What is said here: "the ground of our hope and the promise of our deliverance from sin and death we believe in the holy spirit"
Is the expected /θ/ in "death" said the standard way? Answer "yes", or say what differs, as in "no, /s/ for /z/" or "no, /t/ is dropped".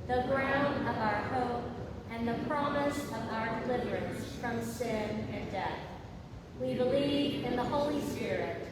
yes